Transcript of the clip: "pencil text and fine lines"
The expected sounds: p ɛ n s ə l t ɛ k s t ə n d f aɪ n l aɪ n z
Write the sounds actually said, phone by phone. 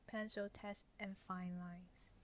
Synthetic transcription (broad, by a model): p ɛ n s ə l t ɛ s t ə n f aɪ n l aɪ n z